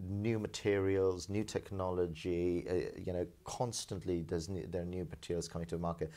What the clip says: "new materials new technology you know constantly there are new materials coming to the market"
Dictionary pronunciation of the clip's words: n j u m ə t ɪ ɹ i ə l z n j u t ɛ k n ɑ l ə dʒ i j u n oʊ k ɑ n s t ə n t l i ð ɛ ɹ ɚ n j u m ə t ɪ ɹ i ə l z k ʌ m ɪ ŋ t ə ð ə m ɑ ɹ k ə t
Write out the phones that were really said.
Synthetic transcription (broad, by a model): n j u m ə t ɪ ɹ i ə l z n j u t ɛ k n ɑ l ə dʒ i j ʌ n oʊ k ɑ n s t ə n t l i ð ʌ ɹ ɚ n j u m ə t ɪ ɹ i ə l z k ʌ m ɪ ŋ t ə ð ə m ɑ ɹ k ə t